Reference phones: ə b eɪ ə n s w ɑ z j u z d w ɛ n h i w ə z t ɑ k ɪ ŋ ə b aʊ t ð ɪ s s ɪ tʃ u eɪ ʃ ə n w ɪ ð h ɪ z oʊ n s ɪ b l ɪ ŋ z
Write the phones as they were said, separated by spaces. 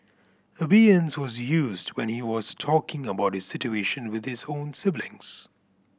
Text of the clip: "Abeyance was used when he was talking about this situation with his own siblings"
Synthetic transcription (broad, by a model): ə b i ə n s w ɑ z j u z d w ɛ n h i w ə z t ɑ k ɪ ŋ ə b aʊ t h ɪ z s ɪ tʃ u eɪ ʃ ə n w ɪ ð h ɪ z oʊ n s ɪ b l ɪ ŋ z